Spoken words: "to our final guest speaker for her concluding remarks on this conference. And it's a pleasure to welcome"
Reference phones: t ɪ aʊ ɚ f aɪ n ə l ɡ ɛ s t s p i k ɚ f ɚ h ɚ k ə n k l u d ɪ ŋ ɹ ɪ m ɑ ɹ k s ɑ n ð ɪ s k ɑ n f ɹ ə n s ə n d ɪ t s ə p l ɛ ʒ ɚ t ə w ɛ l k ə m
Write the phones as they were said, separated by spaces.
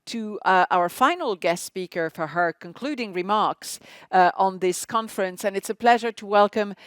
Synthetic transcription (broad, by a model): t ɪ aʊ ɚ f aɪ n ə l ɡ ɛ s t s p i k ɚ f ɚ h ɚ k ə n k l u d ɪ ŋ ɹ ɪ m ɑ ɹ k s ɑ n ð ɪ s k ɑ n f ɹ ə n s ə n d ɪ t s ə p l ɛ ʒ ɚ t ə w ɛ l k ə m